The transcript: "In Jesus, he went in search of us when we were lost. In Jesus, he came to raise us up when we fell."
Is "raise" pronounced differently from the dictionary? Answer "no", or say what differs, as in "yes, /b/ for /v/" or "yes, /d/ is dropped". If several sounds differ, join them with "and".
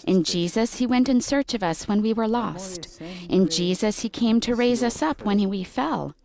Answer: no